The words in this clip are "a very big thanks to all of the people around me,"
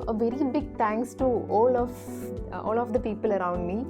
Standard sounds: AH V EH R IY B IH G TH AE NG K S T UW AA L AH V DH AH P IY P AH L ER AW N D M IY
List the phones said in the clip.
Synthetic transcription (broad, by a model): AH V EH R IY B IH G T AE NG K S T UW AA L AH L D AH P IY P AH L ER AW N D M IY